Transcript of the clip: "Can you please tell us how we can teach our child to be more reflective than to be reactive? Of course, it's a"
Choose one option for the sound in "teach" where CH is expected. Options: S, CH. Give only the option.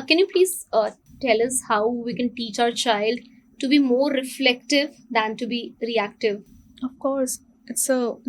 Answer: CH